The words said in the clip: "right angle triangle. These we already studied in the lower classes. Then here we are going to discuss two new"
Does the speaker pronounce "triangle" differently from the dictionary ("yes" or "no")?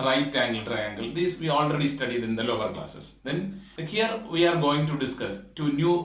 no